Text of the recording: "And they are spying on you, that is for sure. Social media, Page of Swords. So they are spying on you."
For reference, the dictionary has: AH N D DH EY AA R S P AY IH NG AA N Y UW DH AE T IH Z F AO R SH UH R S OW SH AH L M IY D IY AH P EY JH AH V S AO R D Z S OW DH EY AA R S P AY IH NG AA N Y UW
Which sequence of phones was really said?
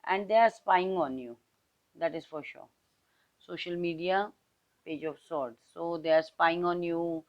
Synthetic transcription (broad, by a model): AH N D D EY AA R S P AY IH NG AA N Y UW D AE T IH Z F AO R SH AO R S OW SH AH L M IY D IY AH P EY JH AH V S AO R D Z S OW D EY AA R S P AY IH NG AA N Y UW